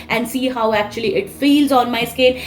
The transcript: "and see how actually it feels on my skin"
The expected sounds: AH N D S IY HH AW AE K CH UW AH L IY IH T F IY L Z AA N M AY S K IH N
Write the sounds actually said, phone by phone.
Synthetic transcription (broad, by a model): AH N D S IY HH AW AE K CH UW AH L IY IH T F IY L Z AA N M AY S K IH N